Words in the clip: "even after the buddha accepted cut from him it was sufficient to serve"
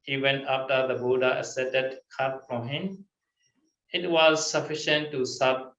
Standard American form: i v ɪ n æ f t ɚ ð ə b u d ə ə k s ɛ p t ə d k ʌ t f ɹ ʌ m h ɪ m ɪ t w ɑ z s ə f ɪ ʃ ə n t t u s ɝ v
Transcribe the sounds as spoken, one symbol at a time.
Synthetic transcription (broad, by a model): i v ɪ n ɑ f t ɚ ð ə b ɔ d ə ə s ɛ t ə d k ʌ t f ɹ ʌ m h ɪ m ɪ t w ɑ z s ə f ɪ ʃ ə n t t u s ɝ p